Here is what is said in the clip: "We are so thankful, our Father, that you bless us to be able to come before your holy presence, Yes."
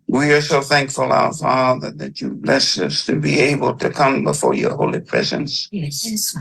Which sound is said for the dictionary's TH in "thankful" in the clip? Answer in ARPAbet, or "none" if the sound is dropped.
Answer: TH